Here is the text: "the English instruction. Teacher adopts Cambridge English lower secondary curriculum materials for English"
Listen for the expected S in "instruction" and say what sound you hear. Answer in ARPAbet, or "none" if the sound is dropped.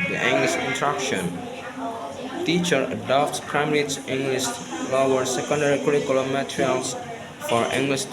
none